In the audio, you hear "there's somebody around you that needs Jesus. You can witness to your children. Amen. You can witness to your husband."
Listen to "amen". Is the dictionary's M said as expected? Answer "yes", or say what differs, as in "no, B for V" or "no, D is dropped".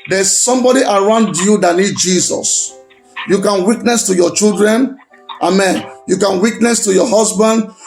yes